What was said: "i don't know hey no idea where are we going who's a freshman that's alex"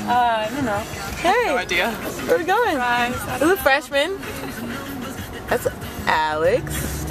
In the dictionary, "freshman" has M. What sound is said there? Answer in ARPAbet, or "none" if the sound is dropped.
M